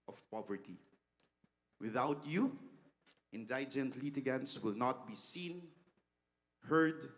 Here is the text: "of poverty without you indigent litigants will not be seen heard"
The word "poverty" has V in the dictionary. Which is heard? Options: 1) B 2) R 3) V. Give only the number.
3